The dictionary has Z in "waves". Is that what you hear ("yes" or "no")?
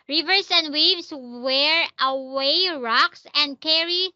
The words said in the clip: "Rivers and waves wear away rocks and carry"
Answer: no